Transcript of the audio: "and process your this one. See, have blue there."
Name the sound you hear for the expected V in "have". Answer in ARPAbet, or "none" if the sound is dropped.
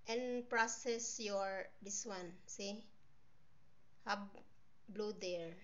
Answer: B